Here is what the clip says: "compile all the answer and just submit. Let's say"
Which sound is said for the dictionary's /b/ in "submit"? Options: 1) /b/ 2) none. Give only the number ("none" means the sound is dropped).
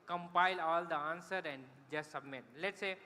1